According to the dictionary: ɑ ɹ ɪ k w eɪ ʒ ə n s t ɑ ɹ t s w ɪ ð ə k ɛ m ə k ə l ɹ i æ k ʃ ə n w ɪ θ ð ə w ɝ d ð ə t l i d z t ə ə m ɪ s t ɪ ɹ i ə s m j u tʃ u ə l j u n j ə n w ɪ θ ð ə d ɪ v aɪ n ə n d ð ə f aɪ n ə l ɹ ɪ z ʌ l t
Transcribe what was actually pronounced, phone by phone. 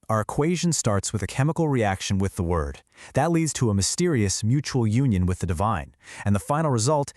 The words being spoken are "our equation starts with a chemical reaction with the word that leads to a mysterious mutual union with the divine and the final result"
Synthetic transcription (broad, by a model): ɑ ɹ ɪ k w eɪ ʒ ə n s t ɑ ɹ t s w ɪ ð ə k ɛ m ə k l ɹ i æ k ʃ ə n w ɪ ð ə w ɝ d ð ə t l i d z t ə ə m ɪ s t ɪ ɹ i ə s m j u tʃ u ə l j u n j ə n w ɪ ð ə d ɪ v aɪ n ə n ð ə f aɪ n l ɹ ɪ z ʌ l t